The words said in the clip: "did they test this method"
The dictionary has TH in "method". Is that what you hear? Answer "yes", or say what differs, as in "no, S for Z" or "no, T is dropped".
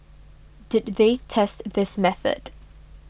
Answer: yes